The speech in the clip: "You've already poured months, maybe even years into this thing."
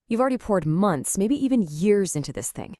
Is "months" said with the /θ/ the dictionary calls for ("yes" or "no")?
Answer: yes